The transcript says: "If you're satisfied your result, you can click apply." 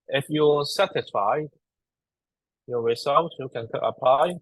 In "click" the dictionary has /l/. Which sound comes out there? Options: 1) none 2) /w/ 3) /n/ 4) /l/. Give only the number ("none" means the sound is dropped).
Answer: 1